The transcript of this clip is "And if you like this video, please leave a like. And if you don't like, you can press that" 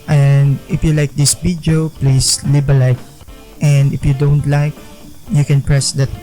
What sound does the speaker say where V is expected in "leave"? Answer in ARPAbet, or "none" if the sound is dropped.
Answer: B